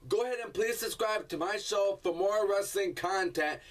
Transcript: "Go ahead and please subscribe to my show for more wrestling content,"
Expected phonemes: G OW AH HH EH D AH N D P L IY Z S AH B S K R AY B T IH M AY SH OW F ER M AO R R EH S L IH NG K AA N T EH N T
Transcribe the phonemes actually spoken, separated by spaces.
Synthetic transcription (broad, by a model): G OW AH HH EH D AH N P L IY Z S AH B S K R AY B T IH M AY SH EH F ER M AO R R EH S L IH NG K AA N T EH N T